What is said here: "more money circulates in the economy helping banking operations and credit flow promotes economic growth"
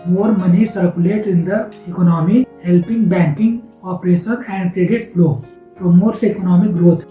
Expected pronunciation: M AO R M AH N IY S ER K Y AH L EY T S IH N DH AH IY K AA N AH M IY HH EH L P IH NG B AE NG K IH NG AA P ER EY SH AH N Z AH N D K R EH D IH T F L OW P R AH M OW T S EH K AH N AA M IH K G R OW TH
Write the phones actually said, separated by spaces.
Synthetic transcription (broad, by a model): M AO R M AH N IY S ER K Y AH L EY T IH N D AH IY K AA N AH M IY HH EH L P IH NG B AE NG K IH NG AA P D EY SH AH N AH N D K R EH D IH T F L OW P R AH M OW T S EH K AH N AA M IH K G R OW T